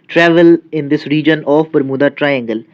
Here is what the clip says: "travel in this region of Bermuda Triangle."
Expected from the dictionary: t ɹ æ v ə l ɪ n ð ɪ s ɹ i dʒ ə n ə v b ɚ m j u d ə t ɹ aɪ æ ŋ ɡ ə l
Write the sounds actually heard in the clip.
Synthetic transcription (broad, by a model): t ɹ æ v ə l ɪ n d ɪ s ɹ i dʒ ə n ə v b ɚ m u d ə t ɹ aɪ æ ŋ ɡ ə l